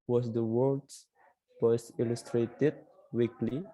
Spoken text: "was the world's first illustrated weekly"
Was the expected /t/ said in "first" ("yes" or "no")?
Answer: no